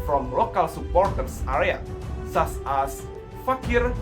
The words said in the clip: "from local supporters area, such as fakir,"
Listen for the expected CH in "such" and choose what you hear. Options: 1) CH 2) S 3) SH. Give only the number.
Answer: 2